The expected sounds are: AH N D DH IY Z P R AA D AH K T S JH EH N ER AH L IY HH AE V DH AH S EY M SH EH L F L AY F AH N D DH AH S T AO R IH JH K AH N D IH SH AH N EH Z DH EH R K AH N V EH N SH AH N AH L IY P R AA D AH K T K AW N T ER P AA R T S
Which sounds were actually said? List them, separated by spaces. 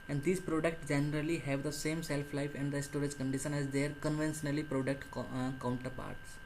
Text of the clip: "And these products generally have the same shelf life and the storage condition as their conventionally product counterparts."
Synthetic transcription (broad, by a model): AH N D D IY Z P R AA D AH K T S JH EH N ER AH L IY HH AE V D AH S EY M S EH L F L AY F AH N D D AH S T AO R IH JH K AH N D IH SH AH N EH Z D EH R K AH N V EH N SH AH N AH L IY P R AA D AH K T K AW N T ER P AA R T S